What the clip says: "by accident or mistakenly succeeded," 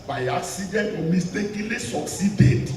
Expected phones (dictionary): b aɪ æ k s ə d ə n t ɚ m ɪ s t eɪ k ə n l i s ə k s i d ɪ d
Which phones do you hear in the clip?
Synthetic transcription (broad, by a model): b aɪ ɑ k s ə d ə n ɔ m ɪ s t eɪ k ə l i s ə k s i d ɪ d